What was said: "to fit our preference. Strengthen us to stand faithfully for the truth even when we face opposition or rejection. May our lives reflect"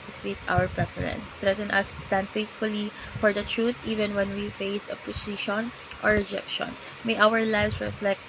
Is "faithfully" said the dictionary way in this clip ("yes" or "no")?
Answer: no